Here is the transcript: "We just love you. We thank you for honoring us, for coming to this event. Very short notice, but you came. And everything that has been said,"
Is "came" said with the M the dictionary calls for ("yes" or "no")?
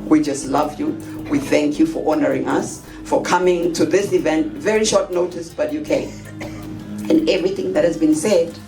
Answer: no